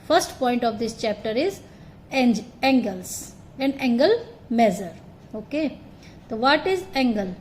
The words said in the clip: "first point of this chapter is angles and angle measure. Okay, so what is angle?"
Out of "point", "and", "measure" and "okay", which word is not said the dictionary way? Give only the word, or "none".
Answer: measure